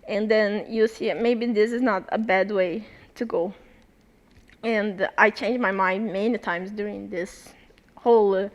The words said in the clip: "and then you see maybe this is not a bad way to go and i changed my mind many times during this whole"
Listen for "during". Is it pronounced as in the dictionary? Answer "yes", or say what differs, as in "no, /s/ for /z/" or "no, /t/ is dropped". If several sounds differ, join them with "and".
yes